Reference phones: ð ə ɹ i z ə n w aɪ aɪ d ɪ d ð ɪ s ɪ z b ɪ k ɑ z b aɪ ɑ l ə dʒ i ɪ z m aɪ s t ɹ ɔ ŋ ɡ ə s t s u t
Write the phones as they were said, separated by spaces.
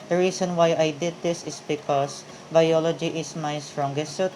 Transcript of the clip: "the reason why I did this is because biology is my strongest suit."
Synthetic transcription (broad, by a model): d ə ɹ i s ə n w aɪ aɪ d ɪ d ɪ s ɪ s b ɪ k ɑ s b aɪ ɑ l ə dʒ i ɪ s m aɪ s t ɹ ɔ ŋ ɡ ə s t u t